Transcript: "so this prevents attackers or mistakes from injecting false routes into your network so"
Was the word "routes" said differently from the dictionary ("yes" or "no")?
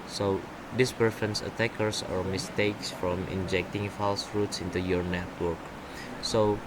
no